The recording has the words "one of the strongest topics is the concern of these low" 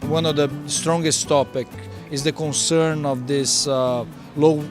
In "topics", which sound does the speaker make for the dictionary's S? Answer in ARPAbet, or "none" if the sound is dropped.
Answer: none